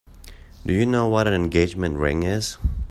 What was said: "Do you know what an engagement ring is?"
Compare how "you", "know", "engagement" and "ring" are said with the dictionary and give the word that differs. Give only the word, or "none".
none